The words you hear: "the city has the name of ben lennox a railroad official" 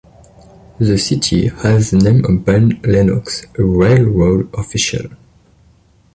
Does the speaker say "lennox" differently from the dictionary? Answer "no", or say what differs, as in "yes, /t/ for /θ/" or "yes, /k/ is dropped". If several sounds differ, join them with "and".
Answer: no